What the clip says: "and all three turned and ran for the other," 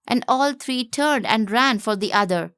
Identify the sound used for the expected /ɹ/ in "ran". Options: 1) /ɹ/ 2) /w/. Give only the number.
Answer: 1